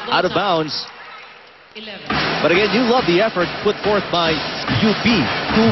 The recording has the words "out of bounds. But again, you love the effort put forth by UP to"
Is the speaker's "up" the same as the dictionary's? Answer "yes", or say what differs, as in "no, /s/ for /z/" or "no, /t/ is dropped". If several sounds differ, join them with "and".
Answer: no, /b/ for /p/